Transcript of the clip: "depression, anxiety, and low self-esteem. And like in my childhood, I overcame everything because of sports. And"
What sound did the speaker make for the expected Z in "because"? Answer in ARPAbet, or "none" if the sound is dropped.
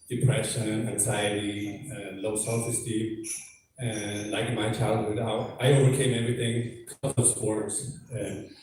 none